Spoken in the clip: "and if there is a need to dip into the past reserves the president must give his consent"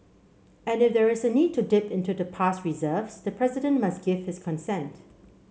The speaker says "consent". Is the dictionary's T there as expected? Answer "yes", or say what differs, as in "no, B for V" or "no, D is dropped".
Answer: yes